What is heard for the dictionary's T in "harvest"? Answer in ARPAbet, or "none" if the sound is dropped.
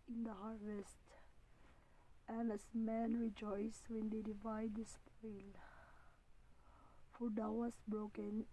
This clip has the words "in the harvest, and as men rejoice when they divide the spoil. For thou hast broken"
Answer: T